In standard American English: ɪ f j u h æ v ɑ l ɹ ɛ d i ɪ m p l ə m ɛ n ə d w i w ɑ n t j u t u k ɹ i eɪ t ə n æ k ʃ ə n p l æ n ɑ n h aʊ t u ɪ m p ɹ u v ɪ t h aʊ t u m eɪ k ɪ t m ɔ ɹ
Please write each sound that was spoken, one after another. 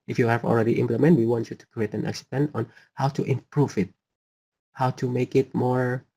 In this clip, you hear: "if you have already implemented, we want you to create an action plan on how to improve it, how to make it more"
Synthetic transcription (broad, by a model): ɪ f j u h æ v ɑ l ɹ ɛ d i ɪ m p l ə m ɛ n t w i w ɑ n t j u t u k ɹ i eɪ t ə n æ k s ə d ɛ n ɑ n h aʊ t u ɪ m p ɹ u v ɪ t h aʊ t u m eɪ k ɪ t m ɔ ɹ